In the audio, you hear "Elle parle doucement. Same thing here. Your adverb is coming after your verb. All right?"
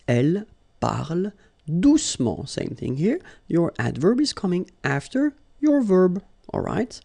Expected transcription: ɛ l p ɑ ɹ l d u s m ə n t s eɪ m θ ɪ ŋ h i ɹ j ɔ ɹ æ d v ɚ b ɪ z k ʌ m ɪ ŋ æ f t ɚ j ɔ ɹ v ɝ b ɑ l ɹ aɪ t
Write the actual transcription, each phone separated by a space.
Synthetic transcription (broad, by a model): ɛ l p ɑ ɹ l d u s m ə s eɪ m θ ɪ ŋ h i ɹ j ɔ ɹ æ d v ɚ b ɪ z k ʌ m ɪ ŋ æ f t ɚ j ɔ ɹ v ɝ b ɑ l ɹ aɪ t